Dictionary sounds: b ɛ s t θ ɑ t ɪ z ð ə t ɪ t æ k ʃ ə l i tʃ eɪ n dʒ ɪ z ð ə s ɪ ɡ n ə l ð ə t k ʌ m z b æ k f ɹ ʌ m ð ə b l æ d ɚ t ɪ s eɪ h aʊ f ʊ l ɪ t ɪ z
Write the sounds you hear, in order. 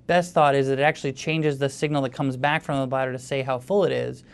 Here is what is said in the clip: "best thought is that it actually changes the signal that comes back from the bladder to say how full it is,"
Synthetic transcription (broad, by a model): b ɛ s t θ ɑ t ɪ z ð ə t ɪ t æ k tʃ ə l i tʃ eɪ n dʒ ɪ z ð ə s ɪ ɡ n l ð ə t k ʌ m z b æ k f ɹ ʌ m ð ə b ɑ d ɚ t ɪ s eɪ h aʊ f ʊ l ɪ t ɪ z